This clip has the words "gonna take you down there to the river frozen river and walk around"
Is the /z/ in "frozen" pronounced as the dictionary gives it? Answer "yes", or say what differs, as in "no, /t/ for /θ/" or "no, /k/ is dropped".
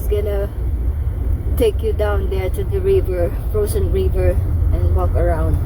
no, /s/ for /z/